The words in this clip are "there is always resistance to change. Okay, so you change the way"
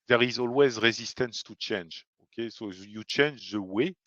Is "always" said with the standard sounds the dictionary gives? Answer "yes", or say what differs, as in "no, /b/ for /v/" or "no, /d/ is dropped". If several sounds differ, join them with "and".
yes